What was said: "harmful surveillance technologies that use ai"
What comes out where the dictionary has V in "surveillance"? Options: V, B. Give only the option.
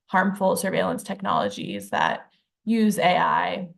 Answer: V